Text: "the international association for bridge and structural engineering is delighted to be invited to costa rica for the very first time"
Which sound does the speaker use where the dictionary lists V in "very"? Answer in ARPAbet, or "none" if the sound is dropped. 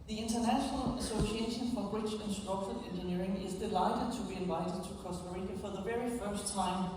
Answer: V